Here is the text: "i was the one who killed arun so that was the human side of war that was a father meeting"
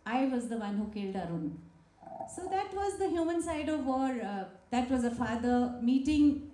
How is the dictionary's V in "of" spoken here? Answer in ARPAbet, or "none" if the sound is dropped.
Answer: V